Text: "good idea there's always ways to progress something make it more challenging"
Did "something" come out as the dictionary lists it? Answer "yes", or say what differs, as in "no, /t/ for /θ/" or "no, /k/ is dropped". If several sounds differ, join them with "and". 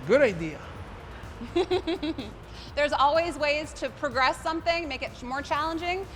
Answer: yes